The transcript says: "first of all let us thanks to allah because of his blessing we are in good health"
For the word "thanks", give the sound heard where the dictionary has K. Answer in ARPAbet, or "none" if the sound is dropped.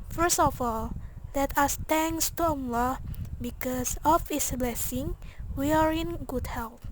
none